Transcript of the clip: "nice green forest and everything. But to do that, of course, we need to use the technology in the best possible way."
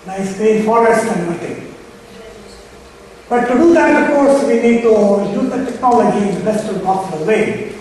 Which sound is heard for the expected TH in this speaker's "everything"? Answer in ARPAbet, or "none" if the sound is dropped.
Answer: T